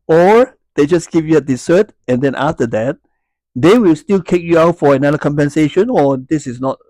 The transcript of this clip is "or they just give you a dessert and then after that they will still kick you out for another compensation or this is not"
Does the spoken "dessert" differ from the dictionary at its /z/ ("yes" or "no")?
yes